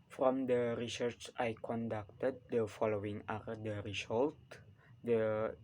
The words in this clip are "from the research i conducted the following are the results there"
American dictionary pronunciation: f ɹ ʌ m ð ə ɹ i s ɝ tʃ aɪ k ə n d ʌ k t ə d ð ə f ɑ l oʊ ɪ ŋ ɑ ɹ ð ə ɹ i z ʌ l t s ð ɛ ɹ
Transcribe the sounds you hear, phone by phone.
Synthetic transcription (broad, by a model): f ɹ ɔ m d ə ɹ i s ɝ tʃ aɪ k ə n d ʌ k t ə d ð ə f ɑ l oʊ ɪ ŋ ɑ ɹ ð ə ɹ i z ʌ l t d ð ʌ